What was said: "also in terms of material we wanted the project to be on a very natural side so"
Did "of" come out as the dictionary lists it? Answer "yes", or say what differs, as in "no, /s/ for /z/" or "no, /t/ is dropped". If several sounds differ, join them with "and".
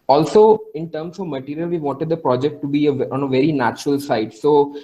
yes